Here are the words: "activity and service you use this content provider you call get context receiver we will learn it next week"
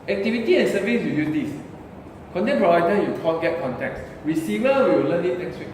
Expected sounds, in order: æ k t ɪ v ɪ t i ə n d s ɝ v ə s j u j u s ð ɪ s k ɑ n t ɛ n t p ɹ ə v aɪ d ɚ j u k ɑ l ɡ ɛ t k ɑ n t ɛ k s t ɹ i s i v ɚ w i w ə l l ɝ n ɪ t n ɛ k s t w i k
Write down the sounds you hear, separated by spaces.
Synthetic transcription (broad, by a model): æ k t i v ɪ t i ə n s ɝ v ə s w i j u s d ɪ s k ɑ n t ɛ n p ə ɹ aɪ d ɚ j u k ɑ n ɡ ɛ t k ɑ n t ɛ k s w i s i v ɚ w i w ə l l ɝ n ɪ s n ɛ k s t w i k